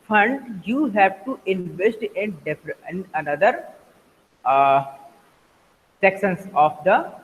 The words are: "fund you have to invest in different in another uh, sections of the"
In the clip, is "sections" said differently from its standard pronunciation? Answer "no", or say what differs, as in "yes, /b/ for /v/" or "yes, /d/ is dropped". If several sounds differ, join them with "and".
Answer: yes, /s/ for /ʃ/ and /s/ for /z/